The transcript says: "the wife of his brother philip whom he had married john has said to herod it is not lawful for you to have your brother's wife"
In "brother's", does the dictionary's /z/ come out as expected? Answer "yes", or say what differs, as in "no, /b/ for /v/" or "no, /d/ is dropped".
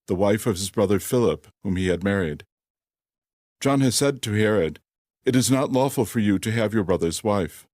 yes